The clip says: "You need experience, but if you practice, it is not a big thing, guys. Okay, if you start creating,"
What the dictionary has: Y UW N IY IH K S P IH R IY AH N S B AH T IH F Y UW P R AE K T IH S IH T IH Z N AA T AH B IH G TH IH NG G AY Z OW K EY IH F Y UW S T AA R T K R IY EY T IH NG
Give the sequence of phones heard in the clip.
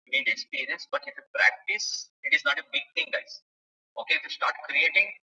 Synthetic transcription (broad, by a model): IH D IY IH S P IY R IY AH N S B AH T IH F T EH P R AE K T IH S IH T IH Z N AA T AH B IH G T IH NG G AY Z OW K EY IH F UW S T AA R T K R IY EY T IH NG